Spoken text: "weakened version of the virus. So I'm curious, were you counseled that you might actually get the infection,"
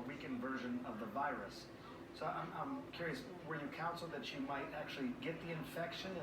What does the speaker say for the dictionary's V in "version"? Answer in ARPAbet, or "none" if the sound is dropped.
V